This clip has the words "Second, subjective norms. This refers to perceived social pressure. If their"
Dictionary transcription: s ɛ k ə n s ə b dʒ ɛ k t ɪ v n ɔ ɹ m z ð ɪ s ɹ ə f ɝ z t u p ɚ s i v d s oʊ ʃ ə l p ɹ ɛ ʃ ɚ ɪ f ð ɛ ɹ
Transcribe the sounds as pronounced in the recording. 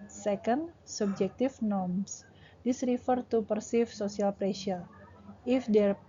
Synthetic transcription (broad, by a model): s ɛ k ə n s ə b dʒ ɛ k t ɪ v n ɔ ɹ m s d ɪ s ɹ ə f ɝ t u p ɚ s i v s oʊ s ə l p ɹ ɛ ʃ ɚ ɪ f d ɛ ɹ